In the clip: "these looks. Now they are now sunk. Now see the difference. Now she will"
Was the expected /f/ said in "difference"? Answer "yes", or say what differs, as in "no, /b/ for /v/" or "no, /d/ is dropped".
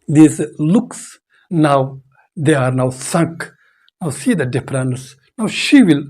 no, /p/ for /f/